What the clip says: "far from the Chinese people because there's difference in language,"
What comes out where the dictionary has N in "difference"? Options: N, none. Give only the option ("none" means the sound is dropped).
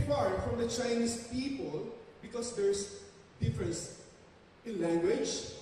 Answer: N